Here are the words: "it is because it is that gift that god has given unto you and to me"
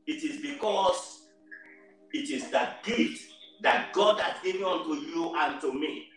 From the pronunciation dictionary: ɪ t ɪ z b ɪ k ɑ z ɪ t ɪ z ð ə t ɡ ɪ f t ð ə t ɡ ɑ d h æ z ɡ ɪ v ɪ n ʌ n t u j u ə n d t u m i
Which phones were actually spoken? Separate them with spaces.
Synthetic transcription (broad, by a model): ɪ t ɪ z b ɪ k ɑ s ɪ t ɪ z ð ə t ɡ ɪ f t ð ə t ɡ ɑ d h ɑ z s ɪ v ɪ ʌ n t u j u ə n t u m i